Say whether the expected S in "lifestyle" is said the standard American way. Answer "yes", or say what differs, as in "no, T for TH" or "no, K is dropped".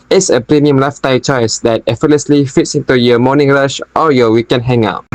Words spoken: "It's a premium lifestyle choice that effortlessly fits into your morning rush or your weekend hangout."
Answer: no, S is dropped